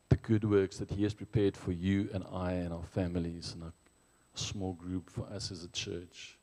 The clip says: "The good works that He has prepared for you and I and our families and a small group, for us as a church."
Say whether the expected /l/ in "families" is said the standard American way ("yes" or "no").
yes